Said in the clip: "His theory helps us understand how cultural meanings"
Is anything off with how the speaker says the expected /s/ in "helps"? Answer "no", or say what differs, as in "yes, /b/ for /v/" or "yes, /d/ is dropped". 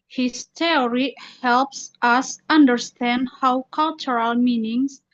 no